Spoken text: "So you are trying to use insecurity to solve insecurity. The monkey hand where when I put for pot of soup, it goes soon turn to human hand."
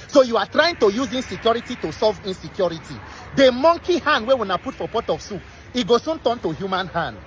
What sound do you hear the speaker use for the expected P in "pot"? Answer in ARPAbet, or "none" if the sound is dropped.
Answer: P